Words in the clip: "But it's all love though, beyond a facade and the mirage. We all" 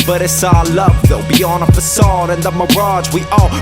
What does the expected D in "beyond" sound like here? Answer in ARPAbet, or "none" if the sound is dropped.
none